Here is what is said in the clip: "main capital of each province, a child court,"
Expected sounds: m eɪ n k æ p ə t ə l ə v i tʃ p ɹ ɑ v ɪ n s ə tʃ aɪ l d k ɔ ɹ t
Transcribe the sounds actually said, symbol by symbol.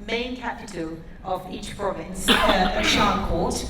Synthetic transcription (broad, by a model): m eɪ n k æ p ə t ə l ə v i tʃ p ɹ ɑ v ɪ n s ə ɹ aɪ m k ɔ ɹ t